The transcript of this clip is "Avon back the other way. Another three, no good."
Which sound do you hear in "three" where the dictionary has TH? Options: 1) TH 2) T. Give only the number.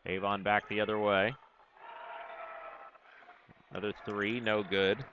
1